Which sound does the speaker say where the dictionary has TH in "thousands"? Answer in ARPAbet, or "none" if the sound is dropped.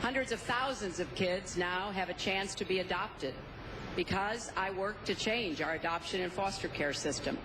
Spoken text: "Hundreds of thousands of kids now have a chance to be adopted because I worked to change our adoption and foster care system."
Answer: TH